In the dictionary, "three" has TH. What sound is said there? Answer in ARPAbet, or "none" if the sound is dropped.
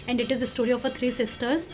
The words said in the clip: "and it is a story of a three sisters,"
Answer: T